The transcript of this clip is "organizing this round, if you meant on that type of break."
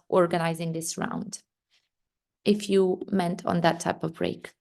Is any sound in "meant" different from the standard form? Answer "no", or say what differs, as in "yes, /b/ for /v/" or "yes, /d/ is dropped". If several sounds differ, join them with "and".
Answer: no